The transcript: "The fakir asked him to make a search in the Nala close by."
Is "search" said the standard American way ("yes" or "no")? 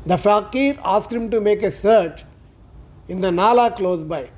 yes